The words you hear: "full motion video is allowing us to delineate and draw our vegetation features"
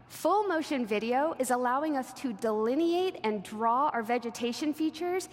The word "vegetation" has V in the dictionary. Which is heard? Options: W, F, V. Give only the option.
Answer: V